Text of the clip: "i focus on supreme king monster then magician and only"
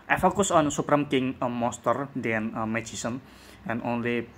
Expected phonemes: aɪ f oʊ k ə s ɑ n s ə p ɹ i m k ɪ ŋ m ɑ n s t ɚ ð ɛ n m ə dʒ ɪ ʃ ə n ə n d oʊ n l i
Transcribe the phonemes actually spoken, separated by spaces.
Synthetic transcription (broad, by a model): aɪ f oʊ k ə s ɑ n s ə p ɹ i m k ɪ ŋ m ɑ s t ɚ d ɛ n m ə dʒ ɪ s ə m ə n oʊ n l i